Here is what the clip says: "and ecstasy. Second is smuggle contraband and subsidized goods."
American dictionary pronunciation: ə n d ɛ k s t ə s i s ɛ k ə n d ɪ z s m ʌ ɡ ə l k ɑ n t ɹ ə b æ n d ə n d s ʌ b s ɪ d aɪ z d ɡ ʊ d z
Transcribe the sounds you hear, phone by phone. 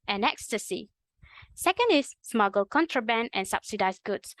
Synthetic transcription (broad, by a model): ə n ɛ k s t ə s i s ɛ k ə n d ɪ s m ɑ ɡ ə l k ɑ n t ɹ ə b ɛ n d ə n s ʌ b s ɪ d aɪ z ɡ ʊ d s